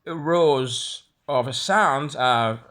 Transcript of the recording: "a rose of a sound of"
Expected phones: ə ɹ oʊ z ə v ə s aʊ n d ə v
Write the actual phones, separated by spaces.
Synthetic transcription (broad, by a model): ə ɹ oʊ z ə v ə s aʊ n d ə